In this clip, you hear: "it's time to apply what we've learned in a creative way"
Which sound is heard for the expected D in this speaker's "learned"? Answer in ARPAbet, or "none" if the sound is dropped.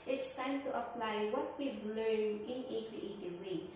none